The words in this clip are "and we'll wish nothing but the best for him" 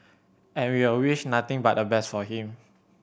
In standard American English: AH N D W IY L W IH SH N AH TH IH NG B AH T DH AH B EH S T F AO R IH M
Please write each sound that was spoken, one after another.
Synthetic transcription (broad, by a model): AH N W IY W W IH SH N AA T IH NG B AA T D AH B EH S T F AO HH IH M